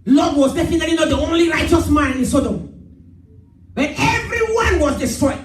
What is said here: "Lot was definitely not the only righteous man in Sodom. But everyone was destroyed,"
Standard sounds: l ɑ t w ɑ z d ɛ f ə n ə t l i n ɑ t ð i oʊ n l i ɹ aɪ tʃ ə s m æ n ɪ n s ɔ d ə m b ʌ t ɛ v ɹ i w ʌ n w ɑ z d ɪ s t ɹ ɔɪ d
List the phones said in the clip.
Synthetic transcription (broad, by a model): l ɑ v w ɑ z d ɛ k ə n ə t i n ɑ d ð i oʊ n l i ɹ aɪ tʃ ə s m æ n ɪ n s ɔ d ə m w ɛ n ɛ v ɹ i w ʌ n w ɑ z d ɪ s t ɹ ɔɪ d